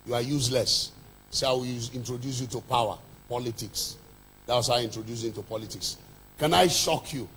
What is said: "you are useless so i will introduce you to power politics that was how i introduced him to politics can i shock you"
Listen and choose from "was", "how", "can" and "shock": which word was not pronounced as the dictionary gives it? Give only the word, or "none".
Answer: was